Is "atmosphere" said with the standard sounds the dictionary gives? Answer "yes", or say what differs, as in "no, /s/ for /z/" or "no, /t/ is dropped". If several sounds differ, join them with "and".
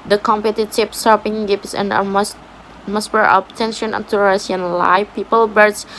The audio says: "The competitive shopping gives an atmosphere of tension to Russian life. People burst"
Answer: no, /s/ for /t/ and /p/ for /f/